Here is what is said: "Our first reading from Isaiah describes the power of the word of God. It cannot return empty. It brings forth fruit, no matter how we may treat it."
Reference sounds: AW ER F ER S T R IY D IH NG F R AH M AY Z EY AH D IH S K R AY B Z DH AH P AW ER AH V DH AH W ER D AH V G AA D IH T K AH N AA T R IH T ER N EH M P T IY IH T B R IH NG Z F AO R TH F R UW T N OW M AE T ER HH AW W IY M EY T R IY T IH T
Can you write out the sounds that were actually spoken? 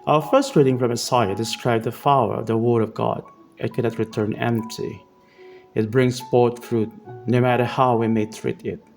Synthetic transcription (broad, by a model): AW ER F ER S T R IY D IH NG F R AH M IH S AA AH D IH S K R AY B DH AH F AW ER AH V DH AH W ER D AH V G AA D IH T K AH N AA T R IH T ER N EH M P T IY IH T B R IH NG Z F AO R T F R UW T N OW M AE T ER HH AW W IY M EY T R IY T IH T